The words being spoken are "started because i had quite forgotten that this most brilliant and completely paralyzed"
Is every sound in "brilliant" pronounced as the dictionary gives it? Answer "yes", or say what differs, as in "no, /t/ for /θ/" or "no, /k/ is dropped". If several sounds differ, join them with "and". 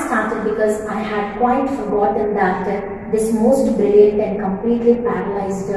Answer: no, /ɹ/ is dropped